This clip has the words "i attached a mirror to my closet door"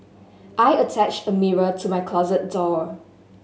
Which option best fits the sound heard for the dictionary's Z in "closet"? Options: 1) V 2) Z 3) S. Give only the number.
2